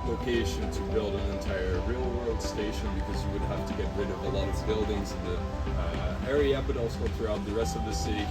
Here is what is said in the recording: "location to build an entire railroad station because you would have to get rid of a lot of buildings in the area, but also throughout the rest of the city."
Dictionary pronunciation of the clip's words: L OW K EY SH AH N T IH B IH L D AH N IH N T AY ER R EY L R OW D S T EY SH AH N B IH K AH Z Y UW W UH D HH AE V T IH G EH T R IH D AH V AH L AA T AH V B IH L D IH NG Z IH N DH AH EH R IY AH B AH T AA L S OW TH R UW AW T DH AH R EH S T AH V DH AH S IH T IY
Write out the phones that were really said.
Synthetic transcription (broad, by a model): L OW K EY SH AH N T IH B IH L D AH N IH N T AY ER R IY L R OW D S T EY SH AH N B IH K AH Z Y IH W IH D HH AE F T IH G EH T R IH D AH V AH L AA T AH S B IH L D IH NG Z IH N DH AH EH R IY AH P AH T AA L S OW TH R UW AW T DH AH R EH S T AH V DH AH S IH T IY